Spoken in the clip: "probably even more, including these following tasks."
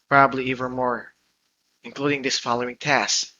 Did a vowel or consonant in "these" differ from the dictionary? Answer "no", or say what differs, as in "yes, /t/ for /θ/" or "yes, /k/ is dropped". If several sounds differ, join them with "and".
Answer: yes, /s/ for /z/